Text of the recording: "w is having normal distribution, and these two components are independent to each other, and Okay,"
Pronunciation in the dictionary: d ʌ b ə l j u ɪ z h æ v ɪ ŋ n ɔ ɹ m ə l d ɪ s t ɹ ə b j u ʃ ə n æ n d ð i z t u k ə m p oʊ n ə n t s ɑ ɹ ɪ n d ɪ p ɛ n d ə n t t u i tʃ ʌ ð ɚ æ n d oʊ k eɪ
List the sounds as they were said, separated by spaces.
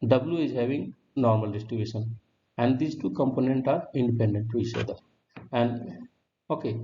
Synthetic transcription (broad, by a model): d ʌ b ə l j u ɪ z h æ v ɪ ŋ n ɔ ɹ m ə l d ɪ s t ɹ ə b j u ʃ ə n æ n d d i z t u k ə m p oʊ n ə n t ɑ ɹ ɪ n d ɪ p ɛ n d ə n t t u i tʃ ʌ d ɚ æ n d oʊ k eɪ